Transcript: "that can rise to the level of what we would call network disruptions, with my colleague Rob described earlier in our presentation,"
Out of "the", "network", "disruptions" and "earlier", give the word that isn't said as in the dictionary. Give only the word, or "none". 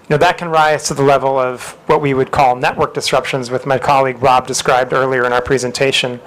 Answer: none